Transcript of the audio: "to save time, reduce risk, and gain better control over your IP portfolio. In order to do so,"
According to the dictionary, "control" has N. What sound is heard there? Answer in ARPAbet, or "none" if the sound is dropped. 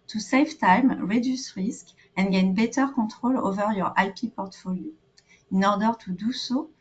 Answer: none